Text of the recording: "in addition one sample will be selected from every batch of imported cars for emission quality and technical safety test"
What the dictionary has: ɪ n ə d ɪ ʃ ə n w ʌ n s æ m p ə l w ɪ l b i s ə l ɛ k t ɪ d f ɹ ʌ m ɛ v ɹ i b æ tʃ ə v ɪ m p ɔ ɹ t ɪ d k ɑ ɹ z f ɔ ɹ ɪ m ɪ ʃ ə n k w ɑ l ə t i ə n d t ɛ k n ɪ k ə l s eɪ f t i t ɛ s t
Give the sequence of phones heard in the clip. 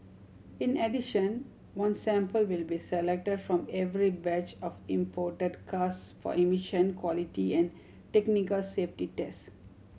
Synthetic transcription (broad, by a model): ɪ n ə d ɪ ʃ ə n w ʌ n s æ m p ə l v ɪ l b i s ə l ɛ k t ɪ d f ɹ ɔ m ɛ v ɹ i b æ tʃ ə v ɪ m p ɔ ɹ t ɪ d k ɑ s f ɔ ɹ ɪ m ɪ ʃ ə n k w ɑ l ə t i ə n d t ɛ k n ɪ k ə l s eɪ f t i t ɛ s t